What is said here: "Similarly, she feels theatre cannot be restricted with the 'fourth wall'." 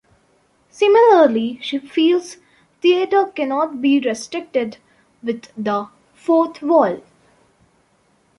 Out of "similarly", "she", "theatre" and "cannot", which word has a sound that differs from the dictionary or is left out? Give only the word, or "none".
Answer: theatre